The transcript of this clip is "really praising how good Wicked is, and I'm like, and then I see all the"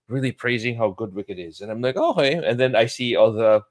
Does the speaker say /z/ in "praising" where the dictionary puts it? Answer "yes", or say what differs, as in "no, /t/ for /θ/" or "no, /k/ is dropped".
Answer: yes